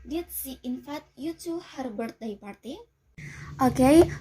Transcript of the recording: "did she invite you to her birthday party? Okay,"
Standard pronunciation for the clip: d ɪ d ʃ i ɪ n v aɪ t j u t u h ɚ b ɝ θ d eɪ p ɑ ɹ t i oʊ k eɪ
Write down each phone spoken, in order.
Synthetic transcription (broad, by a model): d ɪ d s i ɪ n f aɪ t j u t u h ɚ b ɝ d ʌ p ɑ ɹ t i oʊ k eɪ